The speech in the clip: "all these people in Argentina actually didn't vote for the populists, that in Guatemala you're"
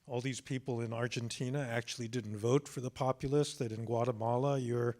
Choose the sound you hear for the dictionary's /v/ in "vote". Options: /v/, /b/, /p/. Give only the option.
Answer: /v/